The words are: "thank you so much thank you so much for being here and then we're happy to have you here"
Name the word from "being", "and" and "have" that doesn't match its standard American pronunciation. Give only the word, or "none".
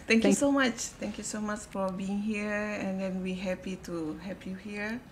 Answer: have